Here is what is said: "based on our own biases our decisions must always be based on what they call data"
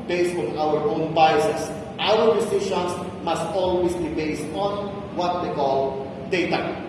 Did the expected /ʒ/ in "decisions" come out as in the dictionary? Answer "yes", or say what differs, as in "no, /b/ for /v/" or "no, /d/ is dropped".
no, /ʃ/ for /ʒ/